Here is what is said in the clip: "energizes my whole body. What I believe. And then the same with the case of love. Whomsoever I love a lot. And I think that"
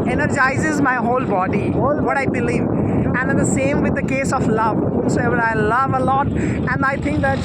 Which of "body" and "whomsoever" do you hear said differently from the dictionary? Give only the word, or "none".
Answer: whomsoever